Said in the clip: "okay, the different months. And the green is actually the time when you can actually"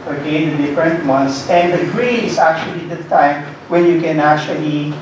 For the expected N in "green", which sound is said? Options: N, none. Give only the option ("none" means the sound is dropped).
none